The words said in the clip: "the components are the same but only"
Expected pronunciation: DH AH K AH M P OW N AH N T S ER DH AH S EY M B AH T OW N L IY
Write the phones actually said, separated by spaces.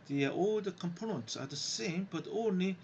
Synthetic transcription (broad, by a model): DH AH K AH M P OW N AH N T S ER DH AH S EY M B AH T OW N L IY